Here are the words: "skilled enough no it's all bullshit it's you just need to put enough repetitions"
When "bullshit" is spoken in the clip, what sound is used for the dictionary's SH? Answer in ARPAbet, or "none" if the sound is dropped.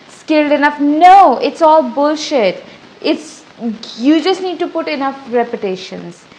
SH